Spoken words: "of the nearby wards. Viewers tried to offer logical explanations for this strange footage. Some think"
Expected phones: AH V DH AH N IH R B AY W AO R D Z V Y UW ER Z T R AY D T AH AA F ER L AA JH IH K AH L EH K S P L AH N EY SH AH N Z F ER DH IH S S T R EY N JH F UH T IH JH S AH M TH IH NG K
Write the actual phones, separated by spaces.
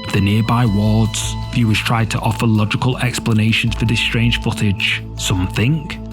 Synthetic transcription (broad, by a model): DH AH N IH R B AY W AO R D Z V Y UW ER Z T R AY D T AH AA F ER L AA JH IH K AH L EH K S P L AH N EY SH AH N Z F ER DH IH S S T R EY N ZH F UH T IH JH S AH M TH IH NG K